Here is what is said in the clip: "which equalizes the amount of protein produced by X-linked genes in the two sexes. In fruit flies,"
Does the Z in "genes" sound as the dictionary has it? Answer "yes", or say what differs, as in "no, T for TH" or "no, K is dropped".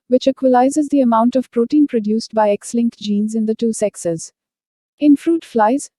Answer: yes